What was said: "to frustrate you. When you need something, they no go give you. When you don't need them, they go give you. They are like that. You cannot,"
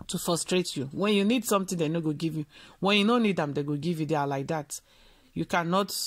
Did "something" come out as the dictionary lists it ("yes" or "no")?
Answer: no